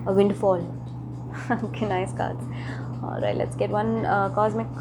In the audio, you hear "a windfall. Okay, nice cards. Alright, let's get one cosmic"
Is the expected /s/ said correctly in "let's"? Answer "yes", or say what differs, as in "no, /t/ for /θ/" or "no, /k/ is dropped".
yes